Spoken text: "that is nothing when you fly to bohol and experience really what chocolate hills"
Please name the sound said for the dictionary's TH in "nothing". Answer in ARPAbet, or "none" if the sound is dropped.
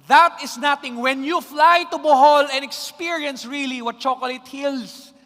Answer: T